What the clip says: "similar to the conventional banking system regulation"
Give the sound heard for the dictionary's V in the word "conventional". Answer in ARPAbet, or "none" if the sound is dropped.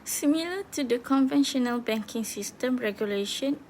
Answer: V